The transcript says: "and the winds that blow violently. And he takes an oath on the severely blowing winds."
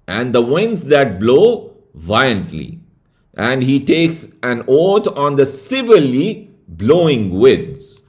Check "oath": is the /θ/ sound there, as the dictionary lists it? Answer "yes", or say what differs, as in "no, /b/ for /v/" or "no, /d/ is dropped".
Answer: no, /t/ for /θ/